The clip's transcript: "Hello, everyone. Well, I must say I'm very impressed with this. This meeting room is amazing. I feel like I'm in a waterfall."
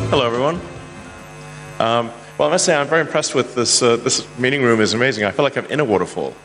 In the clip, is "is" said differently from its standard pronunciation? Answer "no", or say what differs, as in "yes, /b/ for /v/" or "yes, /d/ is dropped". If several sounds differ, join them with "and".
no